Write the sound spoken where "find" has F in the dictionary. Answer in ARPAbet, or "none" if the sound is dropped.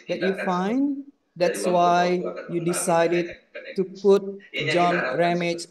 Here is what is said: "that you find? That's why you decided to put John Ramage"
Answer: F